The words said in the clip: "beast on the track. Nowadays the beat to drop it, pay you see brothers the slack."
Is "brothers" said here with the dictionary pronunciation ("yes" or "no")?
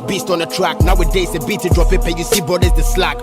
no